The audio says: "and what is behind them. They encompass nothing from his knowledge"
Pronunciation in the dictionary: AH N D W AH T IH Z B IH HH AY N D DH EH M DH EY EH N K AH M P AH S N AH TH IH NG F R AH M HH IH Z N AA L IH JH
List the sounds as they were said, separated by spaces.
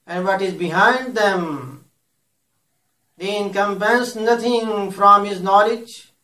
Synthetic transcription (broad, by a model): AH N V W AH T IH Z B IH HH AY N D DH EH M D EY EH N K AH M P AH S N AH T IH NG F R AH M HH IH Z N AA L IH JH